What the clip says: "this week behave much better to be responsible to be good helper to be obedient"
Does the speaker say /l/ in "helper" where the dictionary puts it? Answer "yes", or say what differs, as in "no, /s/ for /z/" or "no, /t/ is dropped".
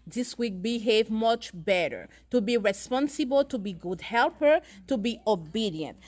yes